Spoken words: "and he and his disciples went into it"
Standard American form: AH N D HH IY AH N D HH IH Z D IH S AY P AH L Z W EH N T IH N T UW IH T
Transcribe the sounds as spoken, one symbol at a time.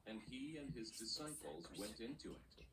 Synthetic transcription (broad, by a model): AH N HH IY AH N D IH Z D IH S AY P AH L Z W EH N T IH N T UW IH T